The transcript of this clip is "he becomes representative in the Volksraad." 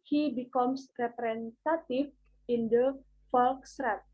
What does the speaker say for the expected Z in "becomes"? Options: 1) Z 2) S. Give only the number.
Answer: 2